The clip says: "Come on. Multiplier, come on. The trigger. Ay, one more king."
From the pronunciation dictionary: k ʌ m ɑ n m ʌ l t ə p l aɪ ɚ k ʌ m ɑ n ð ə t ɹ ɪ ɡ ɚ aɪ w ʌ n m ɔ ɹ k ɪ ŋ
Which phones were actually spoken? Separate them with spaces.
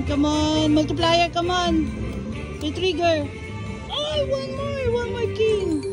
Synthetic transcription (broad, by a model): k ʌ m ɑ n m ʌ l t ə p l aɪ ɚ k ʌ m ɑ n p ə t ɹ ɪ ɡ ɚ aɪ w ʌ n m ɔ w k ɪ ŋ